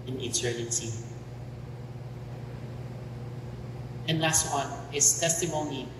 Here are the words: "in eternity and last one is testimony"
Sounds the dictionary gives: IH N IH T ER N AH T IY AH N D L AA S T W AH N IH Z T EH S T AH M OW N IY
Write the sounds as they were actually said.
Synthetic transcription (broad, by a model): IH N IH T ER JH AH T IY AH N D L AA S T W AH N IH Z T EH S T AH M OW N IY